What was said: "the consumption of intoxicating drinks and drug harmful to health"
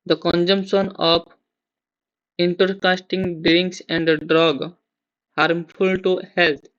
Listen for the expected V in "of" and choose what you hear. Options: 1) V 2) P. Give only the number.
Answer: 2